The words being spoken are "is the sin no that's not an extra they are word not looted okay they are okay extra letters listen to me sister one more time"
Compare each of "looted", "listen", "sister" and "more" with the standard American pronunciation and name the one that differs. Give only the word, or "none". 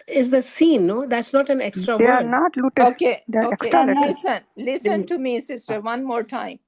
looted